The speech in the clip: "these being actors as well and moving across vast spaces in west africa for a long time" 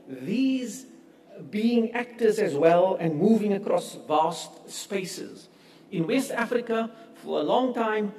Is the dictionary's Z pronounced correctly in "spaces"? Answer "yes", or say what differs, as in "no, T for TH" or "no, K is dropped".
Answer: yes